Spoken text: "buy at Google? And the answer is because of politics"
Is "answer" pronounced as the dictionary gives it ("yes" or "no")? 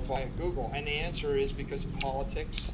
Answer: yes